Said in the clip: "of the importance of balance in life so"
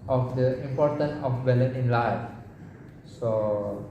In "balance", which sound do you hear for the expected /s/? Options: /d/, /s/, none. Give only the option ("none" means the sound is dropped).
none